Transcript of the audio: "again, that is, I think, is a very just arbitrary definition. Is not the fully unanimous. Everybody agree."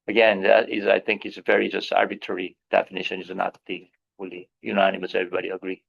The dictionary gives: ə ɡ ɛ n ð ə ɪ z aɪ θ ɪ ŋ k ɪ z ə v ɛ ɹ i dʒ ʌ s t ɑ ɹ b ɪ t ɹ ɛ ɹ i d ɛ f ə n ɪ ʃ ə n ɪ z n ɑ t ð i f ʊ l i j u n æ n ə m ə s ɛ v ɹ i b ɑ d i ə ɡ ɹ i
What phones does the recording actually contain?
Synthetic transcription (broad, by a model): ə ɡ ɛ n ð ə ɪ z aɪ θ ɪ ŋ k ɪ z ə v ɛ ɹ i dʒ ʌ s t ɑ ɹ b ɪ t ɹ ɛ ɹ i d ɛ f ə n ɪ ʃ ə n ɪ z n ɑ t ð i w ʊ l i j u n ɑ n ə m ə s ɛ v ɹ i b ɑ d i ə ɡ ɹ i